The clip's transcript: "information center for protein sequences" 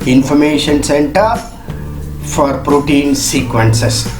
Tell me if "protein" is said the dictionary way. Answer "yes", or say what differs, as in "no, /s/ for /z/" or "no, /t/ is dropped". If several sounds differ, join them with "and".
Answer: yes